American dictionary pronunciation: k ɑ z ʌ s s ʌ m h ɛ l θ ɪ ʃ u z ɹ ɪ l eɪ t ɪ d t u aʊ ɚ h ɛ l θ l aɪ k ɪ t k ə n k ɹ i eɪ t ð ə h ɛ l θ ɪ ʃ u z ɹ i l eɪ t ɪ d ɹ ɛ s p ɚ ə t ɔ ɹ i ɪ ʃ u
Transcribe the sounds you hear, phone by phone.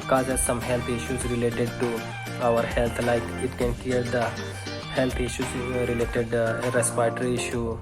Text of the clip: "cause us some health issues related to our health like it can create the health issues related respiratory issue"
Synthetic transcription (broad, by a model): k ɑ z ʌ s s ʌ m h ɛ l t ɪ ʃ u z ɹ ɪ l eɪ t ɪ d t u aʊ ɚ h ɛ l t l aɪ k ɪ t k ə n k i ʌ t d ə h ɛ l t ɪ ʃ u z ɹ i l eɪ t ɪ d ɹ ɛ s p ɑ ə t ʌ ɹ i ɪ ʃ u